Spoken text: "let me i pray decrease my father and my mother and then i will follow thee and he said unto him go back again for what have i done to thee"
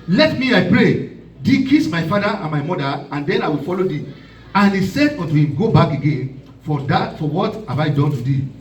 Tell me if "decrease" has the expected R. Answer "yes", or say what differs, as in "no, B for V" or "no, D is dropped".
no, R is dropped